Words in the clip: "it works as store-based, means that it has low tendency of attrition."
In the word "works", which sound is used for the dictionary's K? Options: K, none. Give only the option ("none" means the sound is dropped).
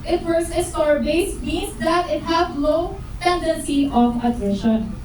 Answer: none